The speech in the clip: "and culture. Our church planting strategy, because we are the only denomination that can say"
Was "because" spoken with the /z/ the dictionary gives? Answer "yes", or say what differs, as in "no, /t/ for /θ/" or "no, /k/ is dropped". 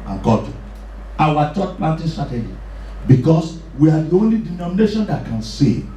no, /s/ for /z/